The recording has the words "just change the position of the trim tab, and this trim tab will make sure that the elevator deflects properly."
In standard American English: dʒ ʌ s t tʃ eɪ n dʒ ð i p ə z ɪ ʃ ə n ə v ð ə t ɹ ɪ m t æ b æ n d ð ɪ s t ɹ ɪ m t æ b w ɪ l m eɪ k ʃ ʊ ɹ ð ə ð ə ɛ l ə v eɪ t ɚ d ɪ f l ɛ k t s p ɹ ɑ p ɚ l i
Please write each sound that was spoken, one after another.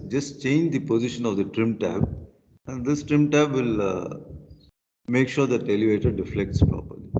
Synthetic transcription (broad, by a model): dʒ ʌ s t tʃ eɪ n dʒ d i p ə z ɪ ʃ ə n ə v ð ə t ɹ ɪ m t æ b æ n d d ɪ s t ɹ ɪ m t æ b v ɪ l m eɪ k ʃ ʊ ɹ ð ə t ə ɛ l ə v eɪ t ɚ d ɪ f l ɛ k t s p ɹ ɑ p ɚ l i